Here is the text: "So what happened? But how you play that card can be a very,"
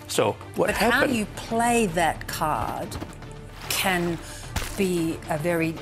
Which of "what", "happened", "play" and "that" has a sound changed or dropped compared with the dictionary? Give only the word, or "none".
happened